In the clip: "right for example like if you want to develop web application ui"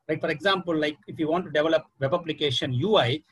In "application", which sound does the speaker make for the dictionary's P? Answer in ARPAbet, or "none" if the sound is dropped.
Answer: B